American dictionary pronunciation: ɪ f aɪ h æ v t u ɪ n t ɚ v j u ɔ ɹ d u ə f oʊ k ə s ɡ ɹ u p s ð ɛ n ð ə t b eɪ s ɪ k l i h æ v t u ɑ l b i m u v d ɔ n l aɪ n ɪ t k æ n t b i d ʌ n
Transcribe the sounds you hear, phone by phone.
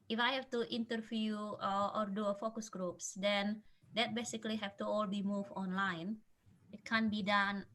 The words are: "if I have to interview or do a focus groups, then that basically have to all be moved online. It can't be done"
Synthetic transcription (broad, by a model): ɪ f aɪ h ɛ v t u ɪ n t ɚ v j u ɔ ɹ d u ə f oʊ k ə s ɡ ɹ u p s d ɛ n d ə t b eɪ s ɪ k l i h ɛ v t u ɑ l b i m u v ɔ n l aɪ n ɪ t k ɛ n b i d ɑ n